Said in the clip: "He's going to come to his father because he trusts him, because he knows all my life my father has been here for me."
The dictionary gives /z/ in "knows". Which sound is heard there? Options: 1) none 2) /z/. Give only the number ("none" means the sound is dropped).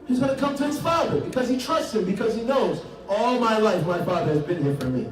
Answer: 2